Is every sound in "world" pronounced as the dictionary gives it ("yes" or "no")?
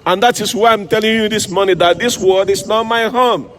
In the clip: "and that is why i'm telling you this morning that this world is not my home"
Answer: no